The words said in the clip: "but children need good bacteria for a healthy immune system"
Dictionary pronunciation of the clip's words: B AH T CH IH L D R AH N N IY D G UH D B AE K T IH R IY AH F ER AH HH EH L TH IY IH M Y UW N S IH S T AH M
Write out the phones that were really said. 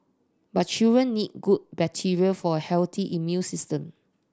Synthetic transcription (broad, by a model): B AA T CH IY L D R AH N N IY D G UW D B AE T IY R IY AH F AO AH HH EH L T IY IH M Y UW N S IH S T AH M